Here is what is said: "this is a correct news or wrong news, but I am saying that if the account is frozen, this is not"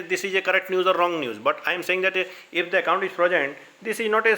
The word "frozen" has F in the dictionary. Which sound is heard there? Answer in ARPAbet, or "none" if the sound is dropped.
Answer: P